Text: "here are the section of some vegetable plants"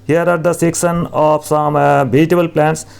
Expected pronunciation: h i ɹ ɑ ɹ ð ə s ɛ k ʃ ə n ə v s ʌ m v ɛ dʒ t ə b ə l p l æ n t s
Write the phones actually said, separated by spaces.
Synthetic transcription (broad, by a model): h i ɹ ɑ ɹ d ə s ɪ k s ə n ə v s ʌ m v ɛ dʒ t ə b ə l p l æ n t s